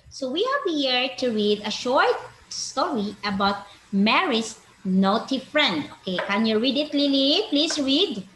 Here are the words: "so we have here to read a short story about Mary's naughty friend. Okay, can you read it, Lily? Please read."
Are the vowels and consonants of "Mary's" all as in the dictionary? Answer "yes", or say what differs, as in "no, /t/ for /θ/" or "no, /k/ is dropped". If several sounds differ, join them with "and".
no, /s/ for /z/